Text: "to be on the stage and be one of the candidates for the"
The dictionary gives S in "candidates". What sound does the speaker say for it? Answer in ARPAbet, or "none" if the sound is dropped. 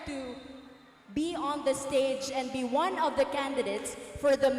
S